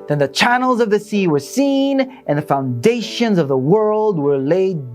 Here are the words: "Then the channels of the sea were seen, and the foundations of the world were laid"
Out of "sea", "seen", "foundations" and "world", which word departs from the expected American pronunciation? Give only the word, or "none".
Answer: none